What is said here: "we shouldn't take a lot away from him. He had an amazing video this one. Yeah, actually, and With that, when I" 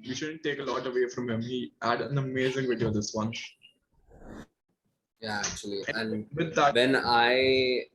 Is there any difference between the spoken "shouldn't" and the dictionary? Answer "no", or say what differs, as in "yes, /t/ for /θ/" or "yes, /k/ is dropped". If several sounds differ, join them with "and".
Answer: no